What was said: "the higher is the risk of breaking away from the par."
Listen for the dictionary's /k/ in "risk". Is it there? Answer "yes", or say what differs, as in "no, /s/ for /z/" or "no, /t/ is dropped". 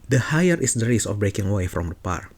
no, /k/ is dropped